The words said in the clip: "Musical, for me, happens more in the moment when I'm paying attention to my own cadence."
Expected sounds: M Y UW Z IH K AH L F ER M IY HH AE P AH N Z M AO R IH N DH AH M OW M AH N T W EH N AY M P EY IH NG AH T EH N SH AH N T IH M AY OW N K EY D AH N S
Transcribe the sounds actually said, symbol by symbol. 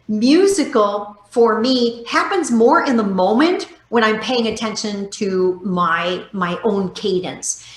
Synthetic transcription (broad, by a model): M Y UW Z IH K L F ER M IY HH AE P AH N Z M AO R IH N DH AH M OW M AH N T W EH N AY M P EY IH NG AH T EH N SH AH N T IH M AY OW N K EY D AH N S